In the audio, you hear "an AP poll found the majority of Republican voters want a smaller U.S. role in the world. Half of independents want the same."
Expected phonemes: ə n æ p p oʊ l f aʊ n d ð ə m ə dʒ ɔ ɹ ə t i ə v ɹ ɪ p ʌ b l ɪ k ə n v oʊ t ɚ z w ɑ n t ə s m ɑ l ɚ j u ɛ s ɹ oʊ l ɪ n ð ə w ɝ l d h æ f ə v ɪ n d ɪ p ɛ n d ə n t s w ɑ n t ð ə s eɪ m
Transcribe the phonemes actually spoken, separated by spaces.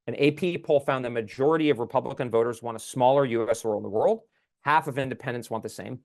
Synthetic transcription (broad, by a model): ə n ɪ p p oʊ l f aʊ n ð ə m ə dʒ ɔ ɹ ə t i ə v ɹ ɪ p ʌ b l ɪ k ə n v oʊ t ɚ z w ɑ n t ə s m ɑ l ɚ j u ɛ s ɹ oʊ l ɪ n ð ə w ɝ l d h æ f ə v ɪ n d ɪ p ɛ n d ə n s w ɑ n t ð ə s eɪ m